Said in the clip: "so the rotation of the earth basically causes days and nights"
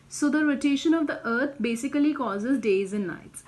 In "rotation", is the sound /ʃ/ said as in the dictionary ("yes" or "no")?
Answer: yes